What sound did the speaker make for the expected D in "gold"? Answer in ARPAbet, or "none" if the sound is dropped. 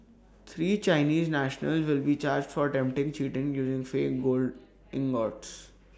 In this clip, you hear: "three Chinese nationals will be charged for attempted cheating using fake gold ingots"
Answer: D